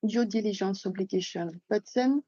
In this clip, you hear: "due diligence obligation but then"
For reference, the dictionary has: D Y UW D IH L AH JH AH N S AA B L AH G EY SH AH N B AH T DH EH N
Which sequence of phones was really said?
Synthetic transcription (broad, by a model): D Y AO D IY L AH ZH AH N S AA B L AH G EY SH AH N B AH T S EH N